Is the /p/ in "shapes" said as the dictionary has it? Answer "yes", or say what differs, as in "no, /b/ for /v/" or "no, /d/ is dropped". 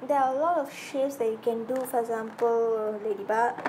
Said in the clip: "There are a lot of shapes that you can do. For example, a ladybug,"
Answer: no, /p/ is dropped